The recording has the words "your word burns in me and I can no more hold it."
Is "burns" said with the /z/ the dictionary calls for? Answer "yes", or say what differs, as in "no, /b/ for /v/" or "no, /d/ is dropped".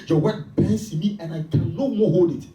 no, /s/ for /z/